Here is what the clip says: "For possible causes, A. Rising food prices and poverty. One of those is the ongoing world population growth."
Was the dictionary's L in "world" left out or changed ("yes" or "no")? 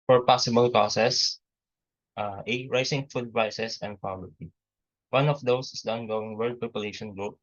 yes